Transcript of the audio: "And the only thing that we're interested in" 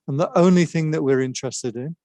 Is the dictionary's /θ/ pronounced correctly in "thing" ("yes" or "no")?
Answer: yes